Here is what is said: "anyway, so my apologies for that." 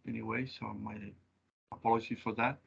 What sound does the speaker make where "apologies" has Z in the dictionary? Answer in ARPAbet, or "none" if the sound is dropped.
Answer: none